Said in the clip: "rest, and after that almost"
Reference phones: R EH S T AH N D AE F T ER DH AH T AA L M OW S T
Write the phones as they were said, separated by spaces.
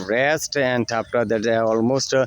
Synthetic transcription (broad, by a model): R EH S T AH N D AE P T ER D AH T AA L M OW S T